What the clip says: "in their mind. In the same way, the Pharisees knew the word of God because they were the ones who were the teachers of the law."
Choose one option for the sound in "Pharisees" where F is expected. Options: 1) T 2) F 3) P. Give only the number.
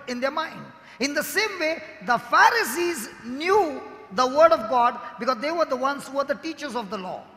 2